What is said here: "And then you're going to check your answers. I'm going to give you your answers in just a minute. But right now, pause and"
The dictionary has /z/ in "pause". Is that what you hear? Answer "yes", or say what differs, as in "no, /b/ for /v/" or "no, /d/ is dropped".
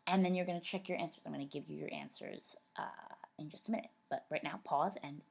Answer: yes